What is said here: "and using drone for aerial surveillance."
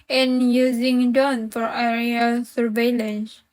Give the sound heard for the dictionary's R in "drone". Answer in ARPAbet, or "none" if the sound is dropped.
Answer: none